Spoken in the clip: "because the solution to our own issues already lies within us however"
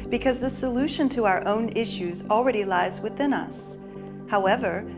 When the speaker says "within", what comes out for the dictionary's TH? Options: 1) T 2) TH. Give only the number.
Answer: 2